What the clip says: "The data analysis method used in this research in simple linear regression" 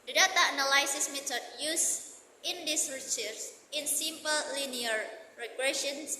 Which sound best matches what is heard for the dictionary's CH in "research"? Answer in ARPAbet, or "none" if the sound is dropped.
S